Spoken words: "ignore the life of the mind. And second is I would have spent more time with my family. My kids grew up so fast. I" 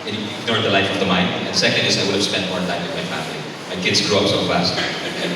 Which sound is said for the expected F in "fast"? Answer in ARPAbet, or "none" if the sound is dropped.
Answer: F